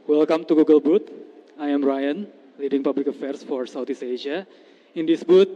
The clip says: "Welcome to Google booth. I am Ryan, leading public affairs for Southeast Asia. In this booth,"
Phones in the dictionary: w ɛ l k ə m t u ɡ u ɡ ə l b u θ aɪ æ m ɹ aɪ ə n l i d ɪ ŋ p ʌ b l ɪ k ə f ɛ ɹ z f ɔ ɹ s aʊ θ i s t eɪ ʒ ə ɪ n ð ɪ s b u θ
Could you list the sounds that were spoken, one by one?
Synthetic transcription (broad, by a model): w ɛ l k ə m t u ɡ u ɡ ə l b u t aɪ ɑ m ɹ aɪ ə n l i d ɪ ŋ p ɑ b l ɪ k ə f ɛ ɹ s f ɔ ɹ s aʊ t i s eɪ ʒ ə ɪ n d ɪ s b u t